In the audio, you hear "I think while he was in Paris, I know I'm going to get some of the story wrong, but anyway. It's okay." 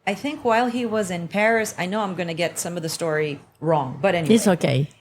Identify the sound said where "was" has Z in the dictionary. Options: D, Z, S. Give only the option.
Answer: Z